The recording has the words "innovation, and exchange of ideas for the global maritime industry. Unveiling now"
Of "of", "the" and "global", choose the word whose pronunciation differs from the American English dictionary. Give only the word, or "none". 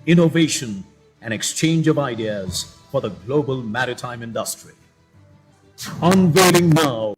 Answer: none